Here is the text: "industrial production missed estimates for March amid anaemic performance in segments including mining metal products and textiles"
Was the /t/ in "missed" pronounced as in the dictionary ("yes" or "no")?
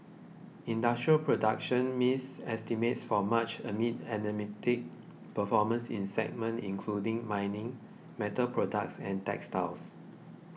no